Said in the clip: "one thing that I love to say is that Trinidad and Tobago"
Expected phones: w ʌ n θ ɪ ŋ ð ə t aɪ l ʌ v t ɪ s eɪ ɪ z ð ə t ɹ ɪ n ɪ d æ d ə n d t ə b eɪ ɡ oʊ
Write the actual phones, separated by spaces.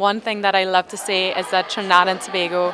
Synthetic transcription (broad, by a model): w ʌ n θ ɪ ŋ ð ə t aɪ l ʌ v t ɪ s eɪ ɪ z ð ə t ɹ n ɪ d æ d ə n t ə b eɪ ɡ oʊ